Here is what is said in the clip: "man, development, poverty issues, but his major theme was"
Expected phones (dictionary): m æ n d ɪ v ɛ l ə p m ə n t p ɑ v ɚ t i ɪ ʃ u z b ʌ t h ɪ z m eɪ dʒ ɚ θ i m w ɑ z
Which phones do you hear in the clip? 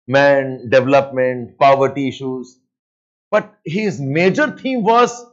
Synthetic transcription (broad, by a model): m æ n d ɪ v ɛ l ə p m ə n t p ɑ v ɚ t i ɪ ʃ u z b ʌ t h ɪ z m eɪ dʒ ɚ t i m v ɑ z